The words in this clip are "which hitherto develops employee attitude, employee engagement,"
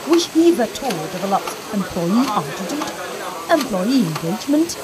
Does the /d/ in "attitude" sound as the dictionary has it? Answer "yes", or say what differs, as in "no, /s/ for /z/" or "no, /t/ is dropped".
no, /d/ is dropped